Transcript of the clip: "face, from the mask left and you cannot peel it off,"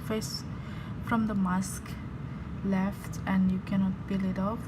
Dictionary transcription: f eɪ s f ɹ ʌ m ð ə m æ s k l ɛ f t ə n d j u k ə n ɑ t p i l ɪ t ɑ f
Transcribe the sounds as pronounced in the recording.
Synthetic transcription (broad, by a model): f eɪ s f ɹ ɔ m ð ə m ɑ s k l ɛ f t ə n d j u k ə n ɑ t b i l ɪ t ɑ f